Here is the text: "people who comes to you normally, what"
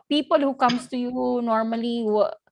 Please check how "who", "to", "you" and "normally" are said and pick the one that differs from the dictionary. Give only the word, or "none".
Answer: none